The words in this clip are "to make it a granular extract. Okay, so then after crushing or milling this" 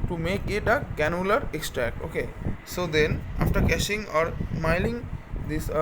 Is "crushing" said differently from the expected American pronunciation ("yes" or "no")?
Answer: yes